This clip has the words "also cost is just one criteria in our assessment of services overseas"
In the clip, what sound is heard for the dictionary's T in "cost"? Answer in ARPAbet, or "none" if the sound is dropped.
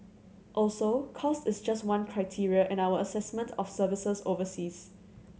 T